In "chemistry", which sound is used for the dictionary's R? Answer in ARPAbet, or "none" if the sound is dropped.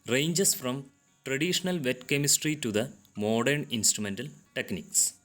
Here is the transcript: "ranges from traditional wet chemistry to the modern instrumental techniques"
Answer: R